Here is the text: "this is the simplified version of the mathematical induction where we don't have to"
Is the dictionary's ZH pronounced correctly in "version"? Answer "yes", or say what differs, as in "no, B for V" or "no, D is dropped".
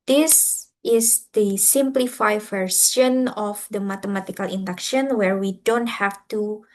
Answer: no, S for ZH